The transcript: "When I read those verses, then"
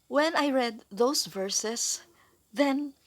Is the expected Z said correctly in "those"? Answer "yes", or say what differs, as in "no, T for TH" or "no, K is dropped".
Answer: no, S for Z